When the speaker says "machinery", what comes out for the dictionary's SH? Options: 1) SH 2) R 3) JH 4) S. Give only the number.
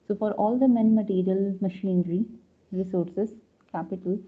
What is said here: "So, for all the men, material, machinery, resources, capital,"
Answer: 1